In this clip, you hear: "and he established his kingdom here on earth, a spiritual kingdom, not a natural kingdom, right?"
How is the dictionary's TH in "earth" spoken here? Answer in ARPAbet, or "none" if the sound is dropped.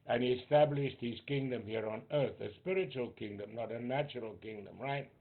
TH